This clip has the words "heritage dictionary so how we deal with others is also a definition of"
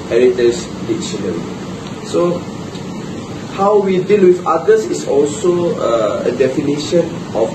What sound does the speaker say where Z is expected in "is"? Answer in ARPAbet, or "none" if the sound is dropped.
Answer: S